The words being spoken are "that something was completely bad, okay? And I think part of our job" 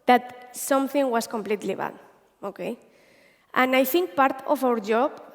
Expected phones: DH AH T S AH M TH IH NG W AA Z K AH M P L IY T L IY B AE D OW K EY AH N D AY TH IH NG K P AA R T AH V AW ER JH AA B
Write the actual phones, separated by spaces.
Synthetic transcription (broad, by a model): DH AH T S AH M TH IH NG W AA S K AH M P L IY T L IY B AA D OW K EY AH N AY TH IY NG K P AA R T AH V AW ER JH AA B